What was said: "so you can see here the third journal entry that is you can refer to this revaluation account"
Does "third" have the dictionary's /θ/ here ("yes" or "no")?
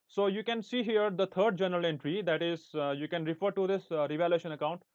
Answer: no